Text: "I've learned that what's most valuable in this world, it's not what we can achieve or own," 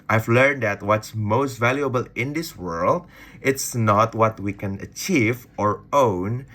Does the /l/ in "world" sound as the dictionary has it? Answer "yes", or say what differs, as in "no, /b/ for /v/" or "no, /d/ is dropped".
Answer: yes